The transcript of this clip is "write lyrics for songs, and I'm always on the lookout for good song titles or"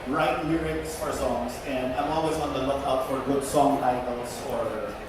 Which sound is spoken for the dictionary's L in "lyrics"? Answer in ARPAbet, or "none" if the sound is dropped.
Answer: N